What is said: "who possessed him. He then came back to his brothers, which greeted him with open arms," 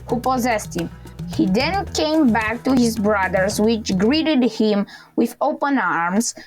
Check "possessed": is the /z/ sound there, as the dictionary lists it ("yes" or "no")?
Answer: yes